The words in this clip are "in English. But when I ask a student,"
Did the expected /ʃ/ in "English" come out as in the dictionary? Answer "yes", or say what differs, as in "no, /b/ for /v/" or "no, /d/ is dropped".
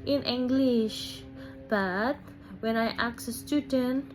yes